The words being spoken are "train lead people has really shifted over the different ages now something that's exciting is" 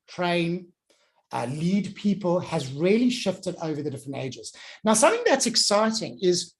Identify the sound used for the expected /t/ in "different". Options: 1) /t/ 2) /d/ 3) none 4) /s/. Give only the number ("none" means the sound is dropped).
1